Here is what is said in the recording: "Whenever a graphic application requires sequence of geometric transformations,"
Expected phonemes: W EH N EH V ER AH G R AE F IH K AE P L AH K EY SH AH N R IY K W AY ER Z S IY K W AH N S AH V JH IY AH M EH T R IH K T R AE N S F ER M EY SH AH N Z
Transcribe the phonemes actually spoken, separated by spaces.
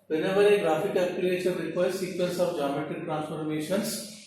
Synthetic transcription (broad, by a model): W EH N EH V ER AH G R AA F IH K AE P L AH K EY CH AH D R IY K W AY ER S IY K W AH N S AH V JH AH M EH T IH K T R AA N S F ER M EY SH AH N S